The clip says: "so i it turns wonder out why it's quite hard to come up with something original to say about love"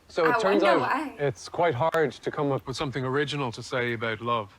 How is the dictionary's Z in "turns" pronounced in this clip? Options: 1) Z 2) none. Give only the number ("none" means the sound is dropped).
1